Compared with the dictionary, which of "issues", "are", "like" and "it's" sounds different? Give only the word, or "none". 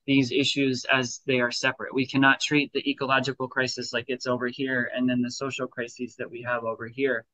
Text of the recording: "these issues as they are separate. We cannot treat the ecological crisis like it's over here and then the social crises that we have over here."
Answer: none